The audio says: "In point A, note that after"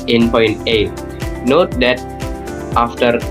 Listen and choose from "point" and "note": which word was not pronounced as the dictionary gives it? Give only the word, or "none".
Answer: none